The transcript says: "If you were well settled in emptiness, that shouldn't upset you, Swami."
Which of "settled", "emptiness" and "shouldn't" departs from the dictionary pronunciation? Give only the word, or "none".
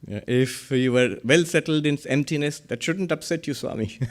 none